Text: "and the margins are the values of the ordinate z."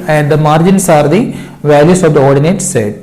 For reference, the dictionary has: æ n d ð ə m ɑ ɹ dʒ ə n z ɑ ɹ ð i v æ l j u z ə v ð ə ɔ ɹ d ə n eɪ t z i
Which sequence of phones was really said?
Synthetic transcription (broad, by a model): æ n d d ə m ɑ ɹ dʒ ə n s ɑ ɹ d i v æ l j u s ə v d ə ɔ ɹ d ə n eɪ t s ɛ